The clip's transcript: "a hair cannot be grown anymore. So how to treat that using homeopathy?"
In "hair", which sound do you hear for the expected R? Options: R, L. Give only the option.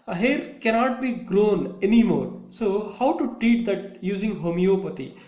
R